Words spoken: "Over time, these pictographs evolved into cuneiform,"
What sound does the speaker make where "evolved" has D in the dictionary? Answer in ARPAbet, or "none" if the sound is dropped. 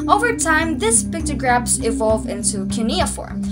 none